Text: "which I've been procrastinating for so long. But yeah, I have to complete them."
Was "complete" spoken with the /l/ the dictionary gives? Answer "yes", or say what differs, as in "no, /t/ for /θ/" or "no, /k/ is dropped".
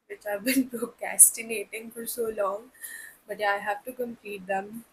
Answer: no, /l/ is dropped